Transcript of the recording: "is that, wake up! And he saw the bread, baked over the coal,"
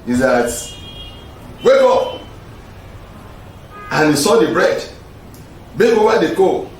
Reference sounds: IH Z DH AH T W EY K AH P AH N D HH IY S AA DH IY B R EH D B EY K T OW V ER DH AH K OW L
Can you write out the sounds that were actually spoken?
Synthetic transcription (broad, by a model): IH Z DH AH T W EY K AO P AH N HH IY S AA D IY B R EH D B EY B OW W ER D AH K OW